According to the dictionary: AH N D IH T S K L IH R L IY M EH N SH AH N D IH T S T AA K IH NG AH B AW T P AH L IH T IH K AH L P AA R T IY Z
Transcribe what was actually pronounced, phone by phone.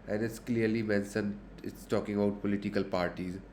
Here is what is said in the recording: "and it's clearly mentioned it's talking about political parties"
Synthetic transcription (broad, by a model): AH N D IH T S K L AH R L IY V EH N S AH N IH T S T AA K IH NG AH B AW T P AH L IH T IH K AH L P AA R T IY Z